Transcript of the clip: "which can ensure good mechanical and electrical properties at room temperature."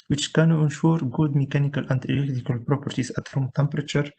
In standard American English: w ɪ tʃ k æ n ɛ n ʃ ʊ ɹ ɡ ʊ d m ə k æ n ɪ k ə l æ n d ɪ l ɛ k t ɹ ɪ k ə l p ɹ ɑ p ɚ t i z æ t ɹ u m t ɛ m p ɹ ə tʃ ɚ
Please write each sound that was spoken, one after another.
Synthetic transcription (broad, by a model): w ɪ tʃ k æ n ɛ n ʃ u ɹ ɡ ʊ d m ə k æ n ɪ k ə l æ n d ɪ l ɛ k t ɪ k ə l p ɹ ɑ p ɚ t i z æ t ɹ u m t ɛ m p ɹ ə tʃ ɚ